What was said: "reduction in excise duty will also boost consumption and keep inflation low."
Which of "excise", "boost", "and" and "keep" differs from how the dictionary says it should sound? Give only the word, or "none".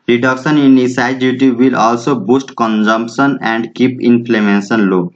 excise